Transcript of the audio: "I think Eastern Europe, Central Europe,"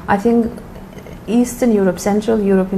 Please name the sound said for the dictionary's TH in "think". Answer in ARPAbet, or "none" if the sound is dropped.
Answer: TH